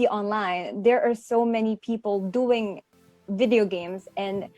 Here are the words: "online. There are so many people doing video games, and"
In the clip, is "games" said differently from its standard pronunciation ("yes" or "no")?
no